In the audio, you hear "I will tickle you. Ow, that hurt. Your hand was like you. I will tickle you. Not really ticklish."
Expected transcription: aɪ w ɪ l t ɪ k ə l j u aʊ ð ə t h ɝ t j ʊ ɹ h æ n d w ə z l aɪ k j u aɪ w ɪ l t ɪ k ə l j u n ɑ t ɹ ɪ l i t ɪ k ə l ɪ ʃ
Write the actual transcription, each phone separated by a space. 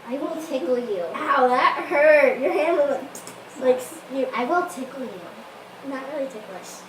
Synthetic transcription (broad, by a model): aɪ w ɪ l t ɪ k l j u aʊ ð ə t h ɝ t j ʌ ɹ h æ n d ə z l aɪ k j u aɪ w ɪ l t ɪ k l j u n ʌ t ɹ ɪ l i t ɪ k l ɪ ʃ